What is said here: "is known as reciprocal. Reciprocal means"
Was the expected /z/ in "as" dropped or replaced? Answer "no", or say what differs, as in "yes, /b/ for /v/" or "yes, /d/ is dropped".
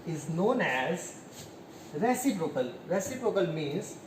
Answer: no